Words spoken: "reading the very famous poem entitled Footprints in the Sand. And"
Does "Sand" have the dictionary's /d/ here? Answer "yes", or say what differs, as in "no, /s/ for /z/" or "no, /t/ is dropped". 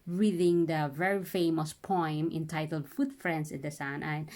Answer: no, /d/ is dropped